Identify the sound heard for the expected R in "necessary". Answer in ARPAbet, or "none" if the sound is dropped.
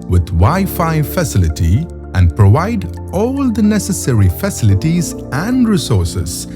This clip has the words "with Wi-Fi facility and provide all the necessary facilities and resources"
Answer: R